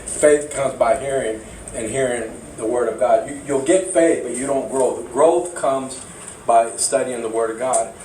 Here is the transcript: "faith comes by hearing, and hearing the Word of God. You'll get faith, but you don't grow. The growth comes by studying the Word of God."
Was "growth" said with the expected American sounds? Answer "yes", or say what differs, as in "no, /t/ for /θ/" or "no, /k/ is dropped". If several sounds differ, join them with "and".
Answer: yes